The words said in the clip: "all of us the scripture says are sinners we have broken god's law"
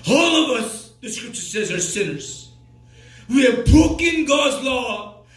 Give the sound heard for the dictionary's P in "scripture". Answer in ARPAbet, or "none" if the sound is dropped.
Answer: P